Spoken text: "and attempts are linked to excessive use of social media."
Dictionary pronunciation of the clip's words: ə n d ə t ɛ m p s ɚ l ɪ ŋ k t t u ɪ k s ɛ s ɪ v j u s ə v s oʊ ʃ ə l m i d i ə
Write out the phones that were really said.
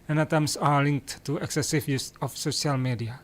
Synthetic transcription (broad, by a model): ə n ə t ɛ m s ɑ l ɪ ŋ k t t u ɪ k s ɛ s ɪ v j u s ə f s oʊ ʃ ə l m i d i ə